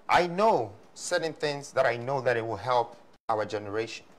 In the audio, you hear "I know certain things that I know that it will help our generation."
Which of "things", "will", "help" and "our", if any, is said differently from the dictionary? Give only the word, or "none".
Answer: none